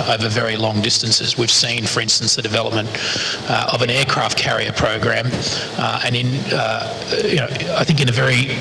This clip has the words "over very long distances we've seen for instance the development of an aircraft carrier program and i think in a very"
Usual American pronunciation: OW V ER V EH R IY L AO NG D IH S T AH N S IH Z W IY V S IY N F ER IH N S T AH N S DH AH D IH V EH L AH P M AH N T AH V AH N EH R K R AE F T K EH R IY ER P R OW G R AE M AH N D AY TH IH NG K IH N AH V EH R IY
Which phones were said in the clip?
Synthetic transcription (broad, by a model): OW V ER V EH R IY L AO NG D IH S T AH N S IH Z W IY V S IY N F ER IH N S T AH N S DH AH D IH V EH L AH P M AH N T AH V AH N EH R K R AE F T K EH R IY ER P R OW G R AE M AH N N AY TH IH NG K IH N AH V EH R IY